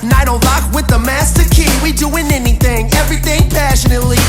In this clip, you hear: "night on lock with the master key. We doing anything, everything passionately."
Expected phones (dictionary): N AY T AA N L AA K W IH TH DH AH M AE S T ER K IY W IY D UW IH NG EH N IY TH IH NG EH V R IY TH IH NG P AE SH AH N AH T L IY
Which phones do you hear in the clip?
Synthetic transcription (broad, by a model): N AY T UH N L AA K W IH DH AH M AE S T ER K IY W IY D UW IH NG EH N IY TH IH NG EH V R IY TH IH NG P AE SH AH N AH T L IY